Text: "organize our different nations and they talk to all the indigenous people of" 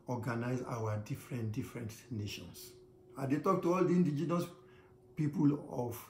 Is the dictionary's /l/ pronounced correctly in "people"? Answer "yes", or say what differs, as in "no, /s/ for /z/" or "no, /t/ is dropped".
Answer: yes